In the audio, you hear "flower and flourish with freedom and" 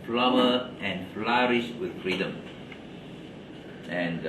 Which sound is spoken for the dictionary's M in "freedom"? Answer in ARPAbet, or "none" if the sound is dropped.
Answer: M